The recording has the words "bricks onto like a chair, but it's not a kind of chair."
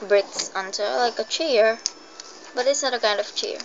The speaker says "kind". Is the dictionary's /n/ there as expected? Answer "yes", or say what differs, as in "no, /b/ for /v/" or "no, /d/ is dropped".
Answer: yes